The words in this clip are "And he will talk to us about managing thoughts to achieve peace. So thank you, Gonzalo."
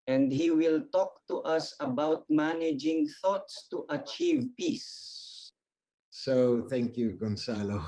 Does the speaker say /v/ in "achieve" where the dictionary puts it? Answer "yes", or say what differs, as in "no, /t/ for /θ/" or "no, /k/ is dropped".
yes